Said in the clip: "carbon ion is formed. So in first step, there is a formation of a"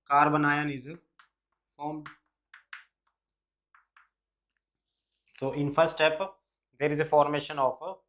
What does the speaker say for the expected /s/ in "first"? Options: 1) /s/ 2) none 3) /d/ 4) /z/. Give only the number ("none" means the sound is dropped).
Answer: 2